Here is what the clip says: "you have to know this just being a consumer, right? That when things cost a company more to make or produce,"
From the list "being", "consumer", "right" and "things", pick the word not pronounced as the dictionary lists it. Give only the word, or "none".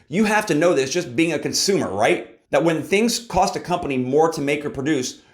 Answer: none